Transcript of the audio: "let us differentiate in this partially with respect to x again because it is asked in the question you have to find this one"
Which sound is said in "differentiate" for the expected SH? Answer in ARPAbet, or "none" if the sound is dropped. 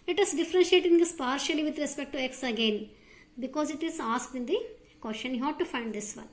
SH